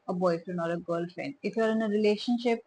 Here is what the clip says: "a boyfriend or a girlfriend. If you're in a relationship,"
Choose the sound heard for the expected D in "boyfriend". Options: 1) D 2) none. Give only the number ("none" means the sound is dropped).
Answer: 2